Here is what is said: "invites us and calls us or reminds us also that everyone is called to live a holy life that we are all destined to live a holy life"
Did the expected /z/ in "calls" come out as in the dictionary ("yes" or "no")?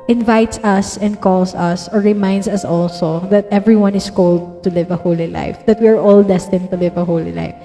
no